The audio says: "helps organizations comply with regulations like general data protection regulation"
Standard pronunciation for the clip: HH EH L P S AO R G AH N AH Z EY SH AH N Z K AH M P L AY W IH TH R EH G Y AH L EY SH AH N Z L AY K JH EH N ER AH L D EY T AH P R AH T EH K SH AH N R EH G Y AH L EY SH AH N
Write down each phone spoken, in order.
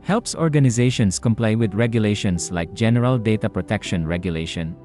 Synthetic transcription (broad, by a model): HH EH L P S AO R G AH N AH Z EY SH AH N S K AH M P L AY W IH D R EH G Y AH L EY SH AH N S L AY K JH EH N ER AH L D EY T AH P R AH T EH K SH AH N R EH G Y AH L EY SH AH N